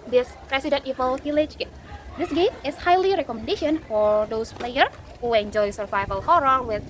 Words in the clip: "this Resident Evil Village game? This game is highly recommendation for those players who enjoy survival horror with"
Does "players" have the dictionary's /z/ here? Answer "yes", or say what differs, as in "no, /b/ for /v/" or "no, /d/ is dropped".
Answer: no, /z/ is dropped